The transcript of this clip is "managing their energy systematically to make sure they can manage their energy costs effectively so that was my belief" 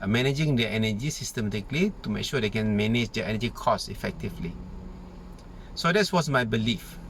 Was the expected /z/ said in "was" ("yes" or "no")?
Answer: no